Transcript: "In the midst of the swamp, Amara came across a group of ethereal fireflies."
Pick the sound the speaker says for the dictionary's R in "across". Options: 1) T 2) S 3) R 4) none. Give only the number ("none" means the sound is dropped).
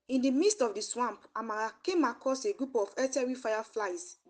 4